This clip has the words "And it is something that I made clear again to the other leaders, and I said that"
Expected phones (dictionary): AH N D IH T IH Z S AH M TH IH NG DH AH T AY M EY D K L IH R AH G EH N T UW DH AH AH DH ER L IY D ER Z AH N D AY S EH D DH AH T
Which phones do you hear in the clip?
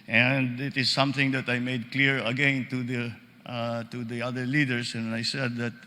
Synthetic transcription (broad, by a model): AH N D IH T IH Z S AH M TH IH NG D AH T AY M EY D K L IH R AH G EH N T UW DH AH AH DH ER L IY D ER S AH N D AY S EH D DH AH T